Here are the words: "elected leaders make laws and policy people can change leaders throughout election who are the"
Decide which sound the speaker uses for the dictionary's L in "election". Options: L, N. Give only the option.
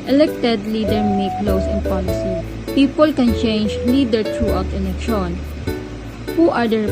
N